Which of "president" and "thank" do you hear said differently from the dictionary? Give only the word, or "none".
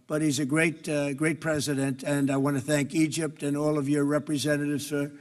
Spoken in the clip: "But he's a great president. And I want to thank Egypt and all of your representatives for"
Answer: none